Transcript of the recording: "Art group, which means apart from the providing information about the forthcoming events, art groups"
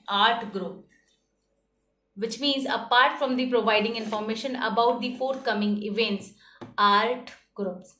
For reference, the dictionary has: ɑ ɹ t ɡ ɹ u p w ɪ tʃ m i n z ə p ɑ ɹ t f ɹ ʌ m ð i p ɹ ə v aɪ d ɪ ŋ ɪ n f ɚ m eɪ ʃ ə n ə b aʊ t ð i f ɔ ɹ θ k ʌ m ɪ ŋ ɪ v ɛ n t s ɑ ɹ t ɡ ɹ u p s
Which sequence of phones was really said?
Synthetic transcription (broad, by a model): ɑ ɹ t ɡ ɹ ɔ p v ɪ tʃ m i n z ə p ɑ ɹ t f ɹ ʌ m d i p ɹ ə v aɪ d ɪ ŋ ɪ n f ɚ m eɪ ʃ ə n ə b aʊ t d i f ɔ ɹ t k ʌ m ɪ ŋ ɪ v ɛ n t s ɑ ɹ t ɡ ɹ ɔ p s